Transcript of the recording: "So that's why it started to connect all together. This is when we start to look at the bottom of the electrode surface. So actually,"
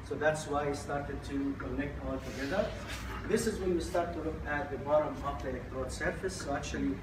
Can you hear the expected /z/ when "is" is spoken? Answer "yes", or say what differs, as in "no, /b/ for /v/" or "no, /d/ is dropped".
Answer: yes